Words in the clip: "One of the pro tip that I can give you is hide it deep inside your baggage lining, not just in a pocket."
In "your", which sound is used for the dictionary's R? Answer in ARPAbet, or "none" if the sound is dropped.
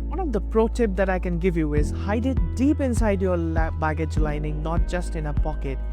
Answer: L